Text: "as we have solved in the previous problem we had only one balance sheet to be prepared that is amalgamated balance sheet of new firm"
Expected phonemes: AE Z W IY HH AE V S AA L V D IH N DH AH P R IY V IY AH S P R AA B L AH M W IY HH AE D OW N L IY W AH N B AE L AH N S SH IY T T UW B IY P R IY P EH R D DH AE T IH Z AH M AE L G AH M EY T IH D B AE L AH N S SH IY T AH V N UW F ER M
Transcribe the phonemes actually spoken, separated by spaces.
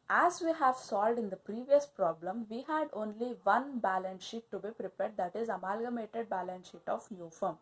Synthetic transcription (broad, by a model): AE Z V IY HH AE V S AA L V D IH N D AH P R IY V IY AH S P R AA B L AH M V IY HH AE D OW N L IY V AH N B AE L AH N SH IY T T UW B IY P R IY P EH R D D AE T IH Z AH M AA L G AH M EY T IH D B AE L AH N SH IY T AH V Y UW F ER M